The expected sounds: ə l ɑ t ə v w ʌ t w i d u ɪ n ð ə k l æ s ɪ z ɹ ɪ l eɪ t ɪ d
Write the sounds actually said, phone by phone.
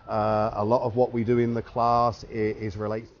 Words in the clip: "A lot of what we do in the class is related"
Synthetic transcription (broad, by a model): ə l ɑ t ə v w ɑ t w i d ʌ ɪ n ð ə k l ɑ s ɪ z ɹ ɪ l eɪ ɪ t